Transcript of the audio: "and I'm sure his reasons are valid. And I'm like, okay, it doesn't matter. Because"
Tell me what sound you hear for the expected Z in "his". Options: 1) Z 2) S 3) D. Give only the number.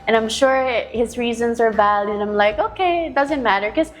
1